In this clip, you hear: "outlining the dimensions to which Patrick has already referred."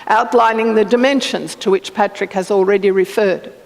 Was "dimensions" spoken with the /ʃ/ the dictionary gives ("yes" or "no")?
yes